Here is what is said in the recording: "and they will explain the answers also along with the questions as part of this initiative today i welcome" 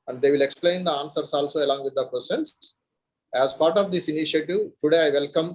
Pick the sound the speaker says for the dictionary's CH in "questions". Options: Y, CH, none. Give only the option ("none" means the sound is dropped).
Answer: none